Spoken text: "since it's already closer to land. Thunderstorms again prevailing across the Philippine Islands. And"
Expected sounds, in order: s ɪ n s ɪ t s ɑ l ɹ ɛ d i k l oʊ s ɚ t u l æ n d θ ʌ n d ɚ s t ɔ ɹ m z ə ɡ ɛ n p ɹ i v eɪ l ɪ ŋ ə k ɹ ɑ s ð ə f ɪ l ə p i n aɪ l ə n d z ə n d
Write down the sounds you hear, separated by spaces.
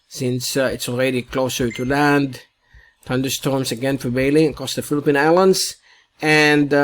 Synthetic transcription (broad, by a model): s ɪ n s ɪ t s ɑ l ɹ ɛ d i k l oʊ s ɚ t u l æ n d t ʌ n d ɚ s t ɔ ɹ m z ə ɡ ɛ n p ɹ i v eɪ ɪ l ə k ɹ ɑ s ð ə f ɪ l ə p i n aɪ l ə n d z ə n d